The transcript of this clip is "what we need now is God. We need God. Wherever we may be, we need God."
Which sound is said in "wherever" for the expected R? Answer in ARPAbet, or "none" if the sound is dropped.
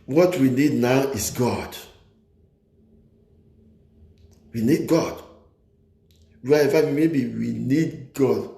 none